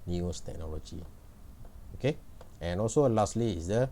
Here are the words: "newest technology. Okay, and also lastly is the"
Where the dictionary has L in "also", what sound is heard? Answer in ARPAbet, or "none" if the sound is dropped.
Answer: L